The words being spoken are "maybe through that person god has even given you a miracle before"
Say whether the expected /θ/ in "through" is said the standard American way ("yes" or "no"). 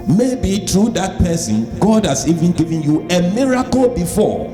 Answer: no